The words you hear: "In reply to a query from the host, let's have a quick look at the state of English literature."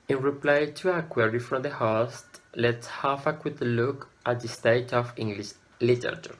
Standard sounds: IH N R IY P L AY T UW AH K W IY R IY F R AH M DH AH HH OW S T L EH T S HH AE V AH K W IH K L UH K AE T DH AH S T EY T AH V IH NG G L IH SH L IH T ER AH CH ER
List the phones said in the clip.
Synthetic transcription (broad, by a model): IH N R IY P L AY T UW AH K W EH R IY F R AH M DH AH HH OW S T L EH T S HH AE F AH K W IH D L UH K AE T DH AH S T EY T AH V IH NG G L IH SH L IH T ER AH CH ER